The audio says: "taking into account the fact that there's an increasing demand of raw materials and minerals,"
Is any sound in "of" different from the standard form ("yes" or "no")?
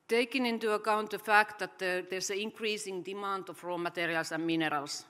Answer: yes